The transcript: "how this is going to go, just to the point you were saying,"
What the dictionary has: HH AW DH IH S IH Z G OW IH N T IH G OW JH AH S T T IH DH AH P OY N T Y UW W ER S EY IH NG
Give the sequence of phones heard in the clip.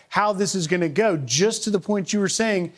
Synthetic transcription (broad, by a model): HH AW DH IH S IH Z G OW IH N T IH G OW JH AH S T T IH DH AH P OY N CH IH W ER S EY IH NG